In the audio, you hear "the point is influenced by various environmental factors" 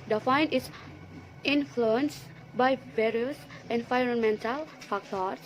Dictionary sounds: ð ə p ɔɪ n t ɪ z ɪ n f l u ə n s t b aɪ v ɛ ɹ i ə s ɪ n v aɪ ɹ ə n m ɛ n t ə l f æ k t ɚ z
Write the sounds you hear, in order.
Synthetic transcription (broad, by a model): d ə f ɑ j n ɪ s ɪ n f l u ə n s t b aɪ v ɛ ɹ i ə s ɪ n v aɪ ɹ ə n m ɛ n t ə l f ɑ k t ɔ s